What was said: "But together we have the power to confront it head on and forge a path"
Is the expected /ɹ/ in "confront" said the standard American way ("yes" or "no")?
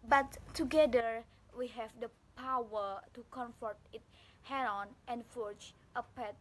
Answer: no